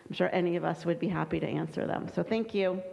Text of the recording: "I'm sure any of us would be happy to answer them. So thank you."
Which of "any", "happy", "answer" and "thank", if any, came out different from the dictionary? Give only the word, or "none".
none